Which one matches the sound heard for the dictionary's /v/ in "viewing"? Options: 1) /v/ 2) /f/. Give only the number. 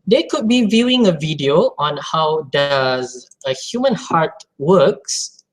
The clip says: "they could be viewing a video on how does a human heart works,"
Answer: 1